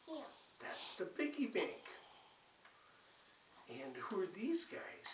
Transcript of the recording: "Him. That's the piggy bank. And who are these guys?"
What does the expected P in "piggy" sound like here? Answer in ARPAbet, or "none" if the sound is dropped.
B